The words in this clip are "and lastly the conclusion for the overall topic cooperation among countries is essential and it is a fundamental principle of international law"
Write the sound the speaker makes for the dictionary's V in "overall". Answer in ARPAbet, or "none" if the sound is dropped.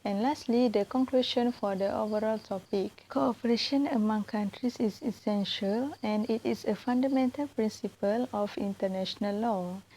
V